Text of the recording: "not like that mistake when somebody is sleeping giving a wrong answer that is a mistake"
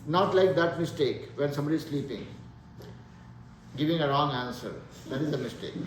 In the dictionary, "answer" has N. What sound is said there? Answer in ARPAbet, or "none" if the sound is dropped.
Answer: N